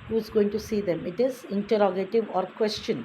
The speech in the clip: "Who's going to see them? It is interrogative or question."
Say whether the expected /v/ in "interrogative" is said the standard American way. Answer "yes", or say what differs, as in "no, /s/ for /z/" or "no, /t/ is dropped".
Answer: yes